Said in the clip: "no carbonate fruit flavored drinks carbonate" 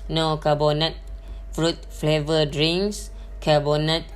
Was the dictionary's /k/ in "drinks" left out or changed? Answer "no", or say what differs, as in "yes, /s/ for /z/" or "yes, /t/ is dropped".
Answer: yes, /k/ is dropped